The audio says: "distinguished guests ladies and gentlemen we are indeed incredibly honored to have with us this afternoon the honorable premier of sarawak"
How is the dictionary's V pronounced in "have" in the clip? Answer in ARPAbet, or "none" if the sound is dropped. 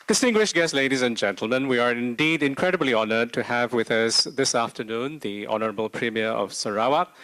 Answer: V